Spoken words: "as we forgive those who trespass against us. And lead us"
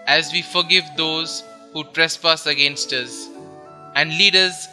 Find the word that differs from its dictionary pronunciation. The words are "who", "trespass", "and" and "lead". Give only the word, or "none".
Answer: none